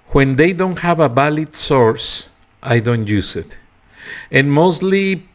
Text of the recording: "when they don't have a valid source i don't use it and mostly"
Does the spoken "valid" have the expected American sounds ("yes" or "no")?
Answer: no